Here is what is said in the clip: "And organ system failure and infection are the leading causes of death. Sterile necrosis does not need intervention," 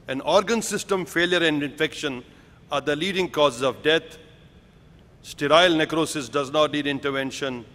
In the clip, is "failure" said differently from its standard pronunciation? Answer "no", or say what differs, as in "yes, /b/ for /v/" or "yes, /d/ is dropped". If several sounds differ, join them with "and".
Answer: no